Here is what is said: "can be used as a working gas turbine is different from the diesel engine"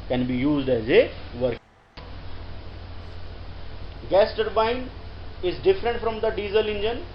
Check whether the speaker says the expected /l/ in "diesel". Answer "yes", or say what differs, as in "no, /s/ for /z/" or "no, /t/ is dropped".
yes